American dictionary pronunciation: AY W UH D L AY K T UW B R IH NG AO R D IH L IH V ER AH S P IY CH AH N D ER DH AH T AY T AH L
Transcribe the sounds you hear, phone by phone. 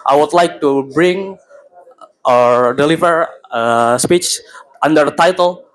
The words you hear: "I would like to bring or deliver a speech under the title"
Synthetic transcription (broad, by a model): AY W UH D L AY K T UW B R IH NG AO R D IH L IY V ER AH S P IY CH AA N D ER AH T AY T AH L